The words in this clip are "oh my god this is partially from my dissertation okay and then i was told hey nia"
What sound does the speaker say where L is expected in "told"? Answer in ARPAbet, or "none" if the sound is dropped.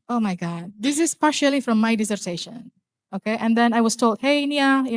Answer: L